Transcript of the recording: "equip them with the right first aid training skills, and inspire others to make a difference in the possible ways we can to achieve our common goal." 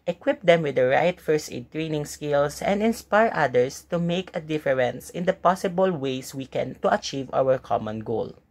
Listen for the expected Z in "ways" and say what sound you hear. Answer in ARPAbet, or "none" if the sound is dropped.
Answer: S